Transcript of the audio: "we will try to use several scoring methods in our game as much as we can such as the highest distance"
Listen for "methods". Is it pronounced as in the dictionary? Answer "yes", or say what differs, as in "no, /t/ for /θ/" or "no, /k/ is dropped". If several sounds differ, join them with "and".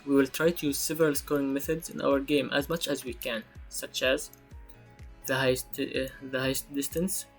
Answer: yes